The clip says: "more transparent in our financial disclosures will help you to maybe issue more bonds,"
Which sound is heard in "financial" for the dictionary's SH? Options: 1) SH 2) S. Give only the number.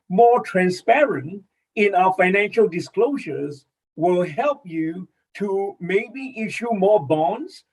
1